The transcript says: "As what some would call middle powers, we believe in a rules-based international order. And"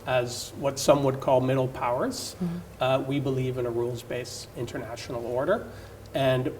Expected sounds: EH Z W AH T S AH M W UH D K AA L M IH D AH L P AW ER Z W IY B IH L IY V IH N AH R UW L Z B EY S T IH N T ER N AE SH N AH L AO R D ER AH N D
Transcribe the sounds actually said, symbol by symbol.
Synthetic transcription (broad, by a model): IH Z W AH T S AH M W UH D K AA L M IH D L P AW ER Z W IY B IH L IY V IH N AH R UW L Z B EY S IH N T ER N AE SH N L AO R D ER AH N